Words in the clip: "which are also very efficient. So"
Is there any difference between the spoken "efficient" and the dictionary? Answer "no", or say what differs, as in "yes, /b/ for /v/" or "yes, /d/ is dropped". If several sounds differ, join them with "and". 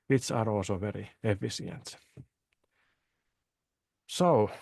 yes, /s/ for /ʃ/